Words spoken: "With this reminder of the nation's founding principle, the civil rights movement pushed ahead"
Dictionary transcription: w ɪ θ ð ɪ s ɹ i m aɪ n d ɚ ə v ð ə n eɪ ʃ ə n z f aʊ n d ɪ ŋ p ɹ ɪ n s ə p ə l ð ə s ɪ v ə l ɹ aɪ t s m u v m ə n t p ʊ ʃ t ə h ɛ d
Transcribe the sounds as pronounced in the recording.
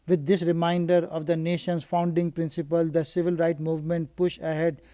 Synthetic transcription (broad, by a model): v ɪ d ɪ s ɹ i m aɪ n d ɚ ə v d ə n eɪ ʃ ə n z f aʊ n d ɪ ŋ p ɹ ɪ n s ə p ə l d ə s ɪ v ə l ɹ aɪ t m u v m ə n t p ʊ ʃ ə h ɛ d